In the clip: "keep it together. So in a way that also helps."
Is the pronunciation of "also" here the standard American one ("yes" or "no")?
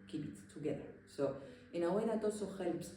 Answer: no